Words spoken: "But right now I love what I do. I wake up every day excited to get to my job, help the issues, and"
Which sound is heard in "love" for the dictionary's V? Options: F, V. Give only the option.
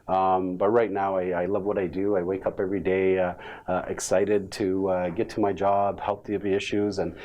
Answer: V